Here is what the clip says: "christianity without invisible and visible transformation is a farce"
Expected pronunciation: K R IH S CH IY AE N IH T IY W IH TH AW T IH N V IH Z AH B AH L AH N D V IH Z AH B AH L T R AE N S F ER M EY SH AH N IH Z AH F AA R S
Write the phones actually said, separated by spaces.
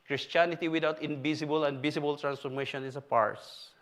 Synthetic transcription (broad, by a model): K R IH S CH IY N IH T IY W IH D AW T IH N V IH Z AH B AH L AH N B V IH S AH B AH L T R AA N S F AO M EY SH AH N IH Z AH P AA R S